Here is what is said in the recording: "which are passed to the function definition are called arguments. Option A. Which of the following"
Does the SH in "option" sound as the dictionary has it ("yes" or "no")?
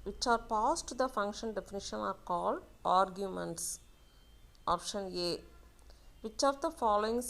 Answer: yes